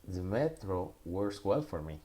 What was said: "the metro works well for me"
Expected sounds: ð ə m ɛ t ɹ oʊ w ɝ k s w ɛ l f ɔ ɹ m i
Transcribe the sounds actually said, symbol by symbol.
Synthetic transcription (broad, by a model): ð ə m ɛ t ɹ oʊ w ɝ s w ɛ l f ɔ ɹ m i